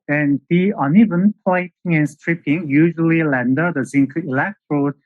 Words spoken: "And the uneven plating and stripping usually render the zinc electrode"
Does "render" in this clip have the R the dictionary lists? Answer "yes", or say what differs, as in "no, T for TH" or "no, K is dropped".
no, L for R